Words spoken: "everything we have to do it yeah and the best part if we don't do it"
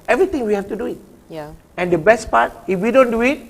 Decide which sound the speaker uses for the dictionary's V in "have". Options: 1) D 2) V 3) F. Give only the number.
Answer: 3